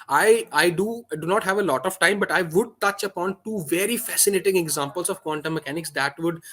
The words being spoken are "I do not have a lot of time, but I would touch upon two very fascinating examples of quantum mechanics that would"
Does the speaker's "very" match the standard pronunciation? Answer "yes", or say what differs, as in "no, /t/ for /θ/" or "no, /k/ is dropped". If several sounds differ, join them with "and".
yes